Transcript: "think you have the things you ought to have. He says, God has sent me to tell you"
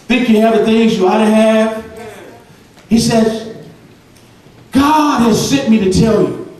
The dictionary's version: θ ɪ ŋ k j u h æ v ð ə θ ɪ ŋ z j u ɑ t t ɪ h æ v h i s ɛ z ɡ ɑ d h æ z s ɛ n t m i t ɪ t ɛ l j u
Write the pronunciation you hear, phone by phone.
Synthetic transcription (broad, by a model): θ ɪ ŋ k j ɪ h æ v ð ə θ ɪ ŋ z j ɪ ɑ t t ɪ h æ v h i s ɛ z ɡ ɑ d h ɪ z s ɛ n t m i t ɪ t ɛ l j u